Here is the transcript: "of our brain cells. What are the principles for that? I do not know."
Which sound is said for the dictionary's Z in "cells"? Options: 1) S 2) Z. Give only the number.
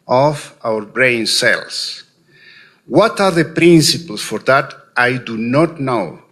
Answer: 1